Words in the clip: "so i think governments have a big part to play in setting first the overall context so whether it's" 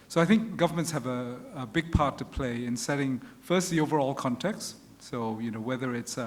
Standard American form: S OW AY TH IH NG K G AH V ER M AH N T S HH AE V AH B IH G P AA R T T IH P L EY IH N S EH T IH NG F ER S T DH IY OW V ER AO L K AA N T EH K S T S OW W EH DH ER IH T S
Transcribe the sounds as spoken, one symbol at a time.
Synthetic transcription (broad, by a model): S OW AY TH IH NG K G AH V ER M AH N T S HH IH V AH B IH G P AA R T T IH P L EY IH N S EH T IH NG F ER S T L IY OW V ER AO L K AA N T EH K S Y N OW W EH DH ER IH T S